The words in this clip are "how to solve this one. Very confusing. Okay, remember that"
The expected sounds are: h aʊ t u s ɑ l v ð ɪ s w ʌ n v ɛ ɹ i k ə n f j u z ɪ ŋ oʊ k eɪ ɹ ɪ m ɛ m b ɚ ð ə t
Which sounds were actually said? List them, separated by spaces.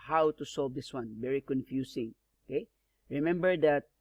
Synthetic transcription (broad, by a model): h aʊ t u s ɑ l v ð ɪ s w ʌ n v ɛ ɹ i k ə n f j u s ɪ ŋ oʊ k eɪ ɹ ɪ m ɛ m b ɚ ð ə t